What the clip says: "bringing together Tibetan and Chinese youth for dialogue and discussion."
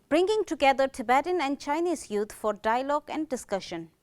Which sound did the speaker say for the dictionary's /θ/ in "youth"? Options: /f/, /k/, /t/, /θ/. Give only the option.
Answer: /t/